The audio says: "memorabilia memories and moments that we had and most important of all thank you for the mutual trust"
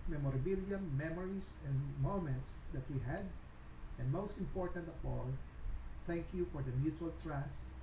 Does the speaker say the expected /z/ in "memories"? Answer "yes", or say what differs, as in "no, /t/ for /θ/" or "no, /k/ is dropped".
no, /s/ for /z/